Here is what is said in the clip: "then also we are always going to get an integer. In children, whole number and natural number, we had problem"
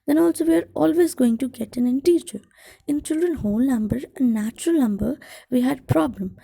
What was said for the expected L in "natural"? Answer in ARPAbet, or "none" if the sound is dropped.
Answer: L